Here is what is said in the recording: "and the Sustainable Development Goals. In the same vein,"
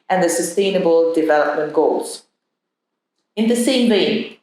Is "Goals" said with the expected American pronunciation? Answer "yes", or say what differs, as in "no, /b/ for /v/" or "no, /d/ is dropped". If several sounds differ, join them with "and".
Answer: yes